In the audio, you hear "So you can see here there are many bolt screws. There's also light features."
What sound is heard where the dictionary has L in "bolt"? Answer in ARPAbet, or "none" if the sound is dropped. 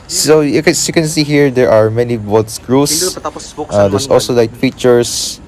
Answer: none